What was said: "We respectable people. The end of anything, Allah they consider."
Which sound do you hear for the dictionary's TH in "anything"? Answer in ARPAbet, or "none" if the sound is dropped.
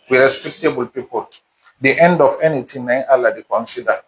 T